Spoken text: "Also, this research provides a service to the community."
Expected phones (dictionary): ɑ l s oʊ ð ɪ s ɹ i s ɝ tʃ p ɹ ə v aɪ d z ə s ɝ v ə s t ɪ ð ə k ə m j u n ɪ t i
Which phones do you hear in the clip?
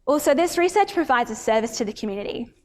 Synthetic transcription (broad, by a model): ɑ l s oʊ ð ɪ s ɹ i s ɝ tʃ p ɹ ə v aɪ d z ə s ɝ v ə s t ɪ ð ə k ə m j u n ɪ t i